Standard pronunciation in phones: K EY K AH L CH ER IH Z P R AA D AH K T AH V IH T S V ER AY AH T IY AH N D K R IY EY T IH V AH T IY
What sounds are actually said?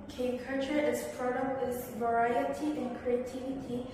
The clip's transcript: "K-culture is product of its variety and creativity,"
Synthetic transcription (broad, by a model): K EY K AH CH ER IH S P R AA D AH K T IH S V ER AY AH T IY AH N K R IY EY T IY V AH T IY